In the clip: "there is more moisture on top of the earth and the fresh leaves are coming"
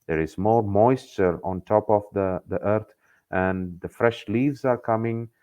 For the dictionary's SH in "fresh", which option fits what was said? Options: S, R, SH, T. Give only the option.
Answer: SH